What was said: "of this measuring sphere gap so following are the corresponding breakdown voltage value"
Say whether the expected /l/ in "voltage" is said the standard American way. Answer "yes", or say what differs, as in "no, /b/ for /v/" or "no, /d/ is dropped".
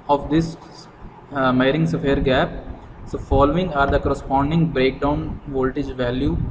yes